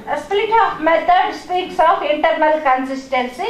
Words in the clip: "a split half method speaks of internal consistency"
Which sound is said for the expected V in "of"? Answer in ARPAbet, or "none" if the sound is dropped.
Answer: P